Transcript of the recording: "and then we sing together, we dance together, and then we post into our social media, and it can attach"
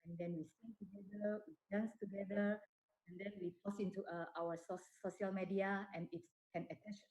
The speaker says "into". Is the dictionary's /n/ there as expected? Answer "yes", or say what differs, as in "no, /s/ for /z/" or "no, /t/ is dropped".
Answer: no, /n/ is dropped